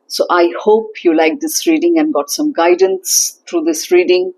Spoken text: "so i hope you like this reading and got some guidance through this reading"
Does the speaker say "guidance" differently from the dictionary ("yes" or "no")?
no